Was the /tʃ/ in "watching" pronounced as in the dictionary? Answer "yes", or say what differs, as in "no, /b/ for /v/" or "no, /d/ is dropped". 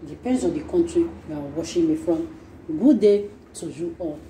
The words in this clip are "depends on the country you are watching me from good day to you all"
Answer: no, /ʃ/ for /tʃ/